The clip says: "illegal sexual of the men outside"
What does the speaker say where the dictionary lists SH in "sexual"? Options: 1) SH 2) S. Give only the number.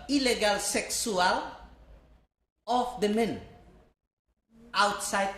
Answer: 2